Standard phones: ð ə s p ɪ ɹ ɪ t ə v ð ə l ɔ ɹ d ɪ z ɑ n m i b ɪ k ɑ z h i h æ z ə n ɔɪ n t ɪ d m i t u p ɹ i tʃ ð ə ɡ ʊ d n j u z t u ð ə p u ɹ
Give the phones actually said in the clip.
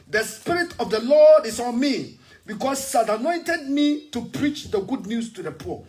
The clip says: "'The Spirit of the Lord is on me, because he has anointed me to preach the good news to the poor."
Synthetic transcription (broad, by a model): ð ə s p ɪ ɹ ɪ t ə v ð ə l ɔ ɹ d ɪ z ɑ n m i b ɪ k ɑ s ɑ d ə n ɔɪ n t ɪ d m i t u p ɹ i tʃ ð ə ɡ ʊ d n j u s t u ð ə p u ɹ